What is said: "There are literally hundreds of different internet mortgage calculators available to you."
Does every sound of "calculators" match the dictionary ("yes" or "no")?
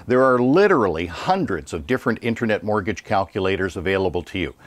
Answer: yes